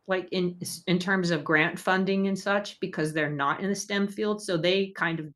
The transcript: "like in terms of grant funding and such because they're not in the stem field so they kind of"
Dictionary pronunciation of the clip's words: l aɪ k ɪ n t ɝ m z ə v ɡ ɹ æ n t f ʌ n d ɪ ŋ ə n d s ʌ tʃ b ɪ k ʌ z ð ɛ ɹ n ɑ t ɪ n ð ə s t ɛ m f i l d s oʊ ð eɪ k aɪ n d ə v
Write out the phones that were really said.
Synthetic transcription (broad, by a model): l aɪ k ɪ n t ɝ m z ə v ɡ ɹ æ n t f ʌ n d ɪ ŋ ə n s ʌ tʃ b ɪ k ʌ z ð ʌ ɹ n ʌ t ɪ n ð ə s t ɛ m f i l d s oʊ ð eɪ k aɪ n d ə v